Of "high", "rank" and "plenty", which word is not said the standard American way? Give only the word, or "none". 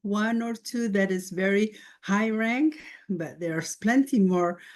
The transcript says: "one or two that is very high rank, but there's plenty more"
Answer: none